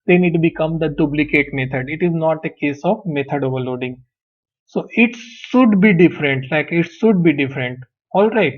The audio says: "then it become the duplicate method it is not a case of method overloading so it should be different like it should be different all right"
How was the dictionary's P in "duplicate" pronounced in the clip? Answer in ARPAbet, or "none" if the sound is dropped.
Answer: B